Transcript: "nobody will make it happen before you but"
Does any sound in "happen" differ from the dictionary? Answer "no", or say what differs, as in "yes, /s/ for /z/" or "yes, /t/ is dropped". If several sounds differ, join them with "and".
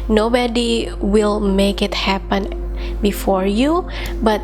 no